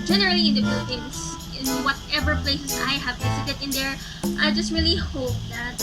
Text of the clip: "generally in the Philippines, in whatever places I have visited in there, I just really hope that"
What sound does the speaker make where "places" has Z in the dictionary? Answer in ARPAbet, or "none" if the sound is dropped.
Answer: S